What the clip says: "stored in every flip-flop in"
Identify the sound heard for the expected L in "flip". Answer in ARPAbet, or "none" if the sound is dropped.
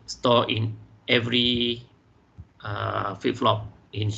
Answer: none